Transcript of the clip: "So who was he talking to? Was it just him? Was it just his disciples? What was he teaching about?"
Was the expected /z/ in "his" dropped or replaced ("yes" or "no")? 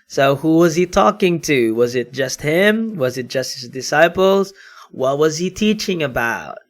no